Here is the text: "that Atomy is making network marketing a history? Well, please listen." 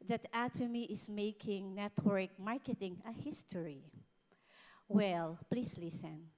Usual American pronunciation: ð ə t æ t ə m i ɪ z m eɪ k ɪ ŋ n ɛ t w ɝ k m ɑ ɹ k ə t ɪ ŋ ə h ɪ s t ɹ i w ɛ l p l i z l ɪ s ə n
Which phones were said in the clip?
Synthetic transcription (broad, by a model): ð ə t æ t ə m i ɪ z m eɪ k ɪ ŋ n ɛ t w ɝ k m ɑ ɹ k ə t ɪ ŋ ə h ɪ s t ɹ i w ɛ l p l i s l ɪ s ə n